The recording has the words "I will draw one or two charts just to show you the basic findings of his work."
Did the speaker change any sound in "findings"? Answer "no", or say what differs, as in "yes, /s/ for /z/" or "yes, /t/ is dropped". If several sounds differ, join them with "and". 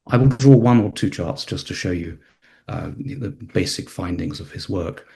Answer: no